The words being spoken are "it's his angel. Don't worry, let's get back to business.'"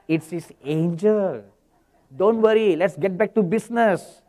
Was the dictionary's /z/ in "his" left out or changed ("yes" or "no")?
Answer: yes